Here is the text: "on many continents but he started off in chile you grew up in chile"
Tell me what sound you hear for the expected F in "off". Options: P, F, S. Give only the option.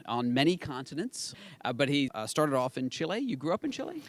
F